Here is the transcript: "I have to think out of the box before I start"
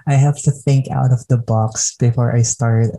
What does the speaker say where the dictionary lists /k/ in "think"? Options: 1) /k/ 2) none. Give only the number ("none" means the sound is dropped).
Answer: 1